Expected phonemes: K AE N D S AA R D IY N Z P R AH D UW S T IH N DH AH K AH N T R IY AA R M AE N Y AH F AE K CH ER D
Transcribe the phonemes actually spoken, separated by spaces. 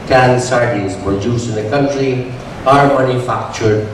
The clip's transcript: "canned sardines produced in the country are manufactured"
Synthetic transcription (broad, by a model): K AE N S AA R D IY Z P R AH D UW S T IH N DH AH K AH N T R IY AA R M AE N Y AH F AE K CH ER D